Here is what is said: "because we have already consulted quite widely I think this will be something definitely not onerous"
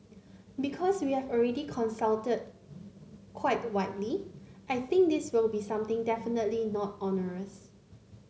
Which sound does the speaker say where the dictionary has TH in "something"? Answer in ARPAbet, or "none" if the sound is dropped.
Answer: T